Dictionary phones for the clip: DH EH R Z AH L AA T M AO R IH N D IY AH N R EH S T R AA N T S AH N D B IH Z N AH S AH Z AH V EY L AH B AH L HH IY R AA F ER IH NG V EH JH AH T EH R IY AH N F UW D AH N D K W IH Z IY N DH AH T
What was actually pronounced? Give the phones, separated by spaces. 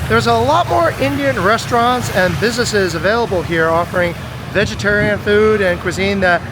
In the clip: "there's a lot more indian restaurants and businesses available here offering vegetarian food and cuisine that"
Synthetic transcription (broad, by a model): DH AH R Z AH L AA T M AO R IH N D IY AH N R EH S T R AA N T S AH N B IH Z N AH S AH Z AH V EY L AH B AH L HH IY R AA F ER IH NG V EH JH AH T EH R IY AH N F UW D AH N K W IH Z IY N DH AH T